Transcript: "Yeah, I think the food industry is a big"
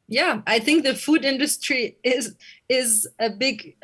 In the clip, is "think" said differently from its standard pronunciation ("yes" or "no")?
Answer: no